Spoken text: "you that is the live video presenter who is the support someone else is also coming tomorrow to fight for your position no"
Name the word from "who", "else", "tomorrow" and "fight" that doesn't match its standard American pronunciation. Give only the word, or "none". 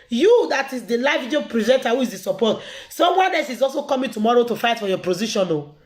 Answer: else